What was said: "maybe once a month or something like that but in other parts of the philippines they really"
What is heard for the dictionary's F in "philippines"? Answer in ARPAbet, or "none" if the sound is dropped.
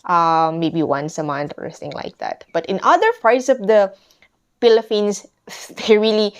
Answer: P